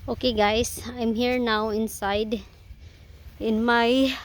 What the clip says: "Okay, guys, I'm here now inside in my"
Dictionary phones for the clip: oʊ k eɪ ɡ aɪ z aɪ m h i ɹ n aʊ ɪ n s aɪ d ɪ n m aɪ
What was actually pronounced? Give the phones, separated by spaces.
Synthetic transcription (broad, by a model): oʊ k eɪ ɡ aɪ s aɪ m h i ɹ n aʊ ɪ n s aɪ d ɪ n m aɪ